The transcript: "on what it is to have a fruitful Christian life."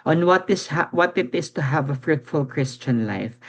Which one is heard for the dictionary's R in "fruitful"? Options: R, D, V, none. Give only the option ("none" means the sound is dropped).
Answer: R